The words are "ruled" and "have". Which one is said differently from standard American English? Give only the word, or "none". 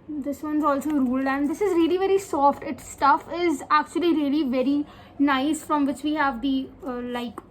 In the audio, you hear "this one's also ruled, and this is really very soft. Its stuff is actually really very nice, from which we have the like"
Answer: none